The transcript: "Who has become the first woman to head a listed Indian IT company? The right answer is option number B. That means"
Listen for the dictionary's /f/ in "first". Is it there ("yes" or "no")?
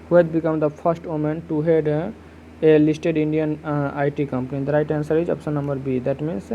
no